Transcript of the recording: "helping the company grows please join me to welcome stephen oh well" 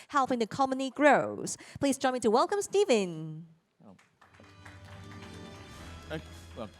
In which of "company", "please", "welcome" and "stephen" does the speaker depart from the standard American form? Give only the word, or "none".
company